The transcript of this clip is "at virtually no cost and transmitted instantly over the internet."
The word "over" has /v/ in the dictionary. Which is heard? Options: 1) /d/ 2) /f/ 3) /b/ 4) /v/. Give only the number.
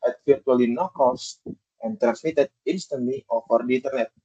2